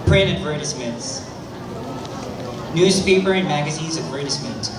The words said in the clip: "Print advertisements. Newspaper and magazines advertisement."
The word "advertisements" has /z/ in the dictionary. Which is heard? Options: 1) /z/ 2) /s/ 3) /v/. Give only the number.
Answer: 2